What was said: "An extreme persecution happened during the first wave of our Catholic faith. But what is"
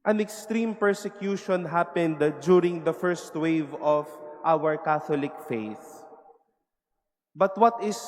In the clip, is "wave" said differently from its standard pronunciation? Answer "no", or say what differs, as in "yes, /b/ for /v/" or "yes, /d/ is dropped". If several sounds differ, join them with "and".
no